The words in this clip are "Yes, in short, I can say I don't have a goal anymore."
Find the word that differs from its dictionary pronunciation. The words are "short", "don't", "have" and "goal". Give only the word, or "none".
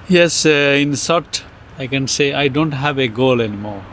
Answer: short